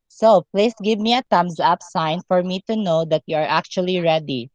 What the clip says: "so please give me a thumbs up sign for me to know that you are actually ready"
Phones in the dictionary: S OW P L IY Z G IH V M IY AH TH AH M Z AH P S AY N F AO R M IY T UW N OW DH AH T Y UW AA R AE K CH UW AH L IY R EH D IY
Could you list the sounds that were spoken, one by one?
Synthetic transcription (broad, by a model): S OW P L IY S G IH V M IY AH T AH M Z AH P S AY N F AO R M IY T UW N OW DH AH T Y UW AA R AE K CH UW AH L IY R EH D IY